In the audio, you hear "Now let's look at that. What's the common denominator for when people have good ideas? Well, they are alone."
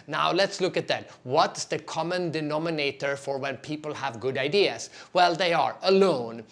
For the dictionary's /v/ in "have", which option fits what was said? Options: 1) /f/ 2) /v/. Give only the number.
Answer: 2